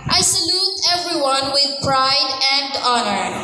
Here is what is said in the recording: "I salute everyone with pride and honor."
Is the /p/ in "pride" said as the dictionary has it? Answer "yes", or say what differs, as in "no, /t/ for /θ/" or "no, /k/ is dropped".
yes